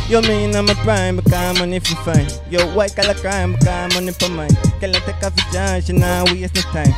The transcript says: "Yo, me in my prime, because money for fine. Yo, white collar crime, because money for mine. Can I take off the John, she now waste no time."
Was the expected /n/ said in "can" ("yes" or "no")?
no